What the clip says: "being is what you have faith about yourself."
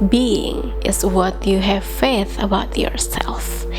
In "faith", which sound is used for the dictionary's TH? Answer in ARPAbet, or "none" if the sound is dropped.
TH